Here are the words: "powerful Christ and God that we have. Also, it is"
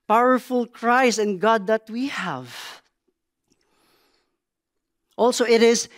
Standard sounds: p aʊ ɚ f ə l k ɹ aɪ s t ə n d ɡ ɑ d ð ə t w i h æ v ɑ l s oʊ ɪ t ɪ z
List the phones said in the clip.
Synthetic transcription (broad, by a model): p aʊ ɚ f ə l k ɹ aɪ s ə n ɡ ɑ d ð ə t w i h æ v ɑ l s oʊ ɪ t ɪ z